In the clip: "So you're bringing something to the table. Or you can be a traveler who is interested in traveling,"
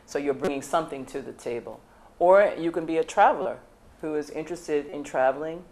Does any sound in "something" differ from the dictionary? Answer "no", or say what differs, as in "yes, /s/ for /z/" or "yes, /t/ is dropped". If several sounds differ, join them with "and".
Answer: no